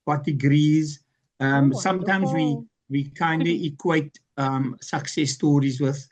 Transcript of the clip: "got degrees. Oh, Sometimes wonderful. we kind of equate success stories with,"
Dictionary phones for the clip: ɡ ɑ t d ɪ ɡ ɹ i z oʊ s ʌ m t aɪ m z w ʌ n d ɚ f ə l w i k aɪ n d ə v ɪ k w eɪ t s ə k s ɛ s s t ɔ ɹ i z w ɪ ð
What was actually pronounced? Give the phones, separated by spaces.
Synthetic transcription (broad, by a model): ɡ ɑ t d ɪ ɡ ɹ i z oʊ s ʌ m t aɪ m z w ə w i k aɪ n d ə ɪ k w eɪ t s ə k s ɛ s s t ɔ ɹ i z w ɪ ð